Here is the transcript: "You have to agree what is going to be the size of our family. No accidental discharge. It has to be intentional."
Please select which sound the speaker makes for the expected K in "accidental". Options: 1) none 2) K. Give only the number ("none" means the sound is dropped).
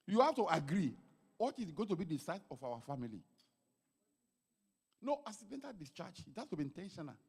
1